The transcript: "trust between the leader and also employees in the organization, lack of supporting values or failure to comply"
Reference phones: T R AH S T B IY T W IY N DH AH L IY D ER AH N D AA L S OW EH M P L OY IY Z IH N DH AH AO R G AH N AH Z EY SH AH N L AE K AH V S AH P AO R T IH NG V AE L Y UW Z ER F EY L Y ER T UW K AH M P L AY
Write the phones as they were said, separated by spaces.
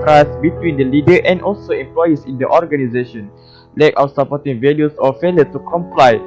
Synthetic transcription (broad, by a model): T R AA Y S B IY T W IY N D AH L IY D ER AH N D AA L S OW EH M P L OY IY S IH N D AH AO R G AH N AH Z EY SH AH N L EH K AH W S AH P AO T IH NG V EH L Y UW S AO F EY L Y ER T UW K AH M P L AY